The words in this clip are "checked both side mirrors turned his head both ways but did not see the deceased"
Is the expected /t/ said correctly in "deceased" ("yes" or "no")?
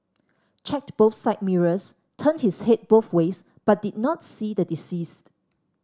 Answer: yes